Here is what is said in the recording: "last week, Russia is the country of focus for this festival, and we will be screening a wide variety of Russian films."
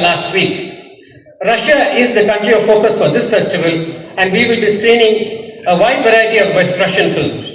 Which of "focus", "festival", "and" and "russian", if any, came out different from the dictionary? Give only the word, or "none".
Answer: none